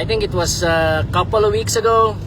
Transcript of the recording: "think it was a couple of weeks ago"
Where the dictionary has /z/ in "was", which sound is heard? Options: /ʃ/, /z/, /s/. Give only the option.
/s/